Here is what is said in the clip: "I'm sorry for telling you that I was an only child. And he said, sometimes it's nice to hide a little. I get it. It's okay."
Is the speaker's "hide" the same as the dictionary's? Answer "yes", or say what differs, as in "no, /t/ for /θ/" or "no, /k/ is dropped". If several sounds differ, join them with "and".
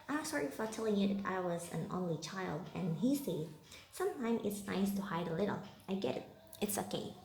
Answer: yes